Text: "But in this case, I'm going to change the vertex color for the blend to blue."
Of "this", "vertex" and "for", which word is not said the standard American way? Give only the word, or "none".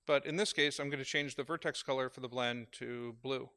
none